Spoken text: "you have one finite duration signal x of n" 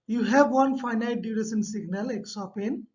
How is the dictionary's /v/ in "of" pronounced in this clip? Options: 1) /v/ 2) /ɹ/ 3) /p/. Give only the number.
3